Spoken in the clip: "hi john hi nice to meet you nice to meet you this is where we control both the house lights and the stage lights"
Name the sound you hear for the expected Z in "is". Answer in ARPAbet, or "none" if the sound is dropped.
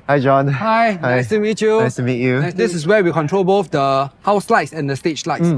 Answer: S